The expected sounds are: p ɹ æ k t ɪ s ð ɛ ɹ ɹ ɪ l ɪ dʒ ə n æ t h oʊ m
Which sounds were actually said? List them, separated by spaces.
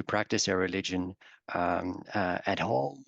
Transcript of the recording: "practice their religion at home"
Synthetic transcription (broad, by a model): p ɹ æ k t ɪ s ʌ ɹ ɹ ɪ l ɪ dʒ ə n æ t h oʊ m